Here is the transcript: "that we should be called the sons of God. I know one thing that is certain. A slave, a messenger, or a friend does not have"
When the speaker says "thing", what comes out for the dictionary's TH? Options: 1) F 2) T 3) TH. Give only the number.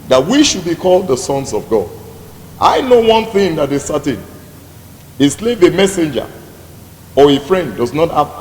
3